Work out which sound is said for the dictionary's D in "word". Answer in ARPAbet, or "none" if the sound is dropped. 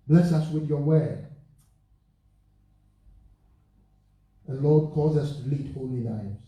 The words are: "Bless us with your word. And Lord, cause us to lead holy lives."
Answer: none